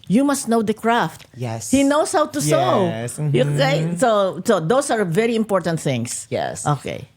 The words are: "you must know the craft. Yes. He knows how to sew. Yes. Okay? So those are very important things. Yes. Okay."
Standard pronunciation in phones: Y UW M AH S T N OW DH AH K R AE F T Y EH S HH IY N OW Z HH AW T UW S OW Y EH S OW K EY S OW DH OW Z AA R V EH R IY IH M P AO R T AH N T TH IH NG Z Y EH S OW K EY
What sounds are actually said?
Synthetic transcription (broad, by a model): Y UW M AH S T N OW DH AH K R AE F T Y EH S HH IY N OW S HH AW T UW S OW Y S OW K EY S OW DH OW S AA R V EH R IY IH M P AO R T AH N T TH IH NG S Y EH S OW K EY